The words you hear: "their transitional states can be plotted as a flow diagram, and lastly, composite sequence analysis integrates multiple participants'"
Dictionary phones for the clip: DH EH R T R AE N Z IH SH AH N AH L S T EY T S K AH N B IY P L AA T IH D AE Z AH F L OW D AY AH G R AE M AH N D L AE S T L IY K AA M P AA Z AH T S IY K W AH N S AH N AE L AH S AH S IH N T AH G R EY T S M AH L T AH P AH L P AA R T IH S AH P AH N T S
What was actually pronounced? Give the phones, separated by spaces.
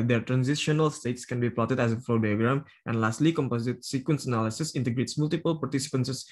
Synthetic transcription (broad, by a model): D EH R T R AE N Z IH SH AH N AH L S T EY T S K AH N B IY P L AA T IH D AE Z AH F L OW D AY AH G R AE M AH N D L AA S T L IY K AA M P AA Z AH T S IY K W AH N S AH N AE L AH S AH S IH N T AH G R EY T S M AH L T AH P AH L P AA R T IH S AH P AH N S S